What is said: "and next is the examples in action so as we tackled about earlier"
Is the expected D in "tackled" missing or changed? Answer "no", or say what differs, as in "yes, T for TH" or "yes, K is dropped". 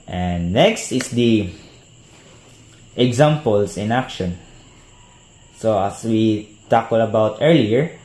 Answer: yes, D is dropped